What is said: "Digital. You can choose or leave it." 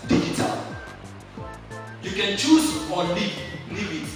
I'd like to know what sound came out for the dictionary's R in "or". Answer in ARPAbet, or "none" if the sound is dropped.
L